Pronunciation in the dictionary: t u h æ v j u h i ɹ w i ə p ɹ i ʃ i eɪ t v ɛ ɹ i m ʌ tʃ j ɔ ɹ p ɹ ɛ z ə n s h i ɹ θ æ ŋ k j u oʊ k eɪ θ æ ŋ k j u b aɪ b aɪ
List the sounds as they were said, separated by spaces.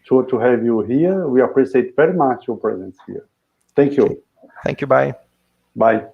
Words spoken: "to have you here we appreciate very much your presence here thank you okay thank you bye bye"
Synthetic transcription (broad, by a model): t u h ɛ v j u h i ɹ w i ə p ɹ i s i eɪ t v ɛ ɹ i m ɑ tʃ j ɔ ɹ p ɹ ɛ z ə n s h i ɹ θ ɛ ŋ k j u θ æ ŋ k j u b aɪ b aɪ